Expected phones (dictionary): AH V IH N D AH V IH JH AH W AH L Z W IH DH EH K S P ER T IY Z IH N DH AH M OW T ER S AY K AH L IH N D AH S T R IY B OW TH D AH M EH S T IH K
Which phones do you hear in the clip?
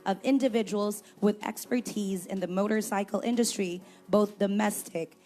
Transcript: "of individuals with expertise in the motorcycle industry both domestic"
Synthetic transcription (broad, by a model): AH V IH N D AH V IH JH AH W L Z W IH DH EH K S P ER T IY Z IH N DH AH M OW T ER S AY K L IH N D AH S T R IY B OW TH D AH M EH S T IH K